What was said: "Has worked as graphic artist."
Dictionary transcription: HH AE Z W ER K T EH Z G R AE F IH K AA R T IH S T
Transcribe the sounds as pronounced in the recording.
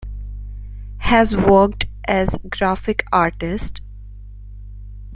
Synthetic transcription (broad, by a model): HH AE Z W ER K T EH Z G R AE F IH K AA R T IH S T